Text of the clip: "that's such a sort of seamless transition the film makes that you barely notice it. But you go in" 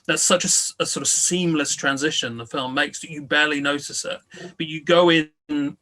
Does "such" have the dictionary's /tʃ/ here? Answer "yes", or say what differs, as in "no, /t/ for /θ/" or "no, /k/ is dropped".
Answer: no, /s/ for /tʃ/